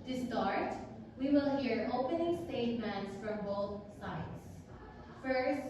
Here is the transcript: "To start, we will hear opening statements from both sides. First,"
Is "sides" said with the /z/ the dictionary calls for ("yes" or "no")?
no